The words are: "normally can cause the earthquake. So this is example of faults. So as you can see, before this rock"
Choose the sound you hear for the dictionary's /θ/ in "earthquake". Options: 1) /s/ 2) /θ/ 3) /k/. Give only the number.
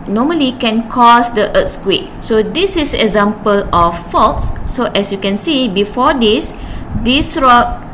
1